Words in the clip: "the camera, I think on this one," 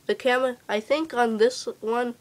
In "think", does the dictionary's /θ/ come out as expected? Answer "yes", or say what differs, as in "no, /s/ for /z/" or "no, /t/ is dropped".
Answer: yes